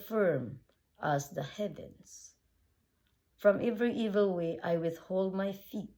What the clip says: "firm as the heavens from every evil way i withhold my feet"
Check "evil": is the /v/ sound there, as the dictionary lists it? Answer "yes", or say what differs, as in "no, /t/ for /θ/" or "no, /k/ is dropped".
yes